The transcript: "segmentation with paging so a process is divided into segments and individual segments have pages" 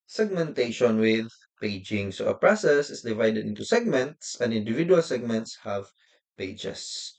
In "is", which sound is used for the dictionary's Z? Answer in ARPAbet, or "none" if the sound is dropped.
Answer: S